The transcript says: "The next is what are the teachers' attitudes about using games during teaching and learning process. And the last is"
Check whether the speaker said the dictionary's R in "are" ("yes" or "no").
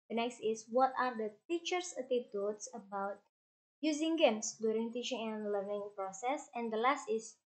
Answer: yes